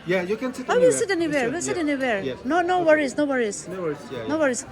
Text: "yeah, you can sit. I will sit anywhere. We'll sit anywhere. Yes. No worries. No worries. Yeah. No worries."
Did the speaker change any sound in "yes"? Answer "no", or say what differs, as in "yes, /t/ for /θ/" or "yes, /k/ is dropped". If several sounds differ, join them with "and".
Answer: yes, /s/ is dropped